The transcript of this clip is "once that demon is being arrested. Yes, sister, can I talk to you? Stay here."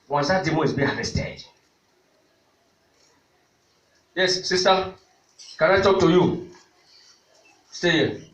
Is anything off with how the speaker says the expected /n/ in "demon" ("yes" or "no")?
yes